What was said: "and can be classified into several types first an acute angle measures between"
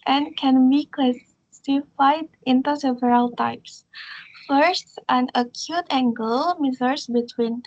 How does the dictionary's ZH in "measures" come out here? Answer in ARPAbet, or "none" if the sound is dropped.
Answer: Z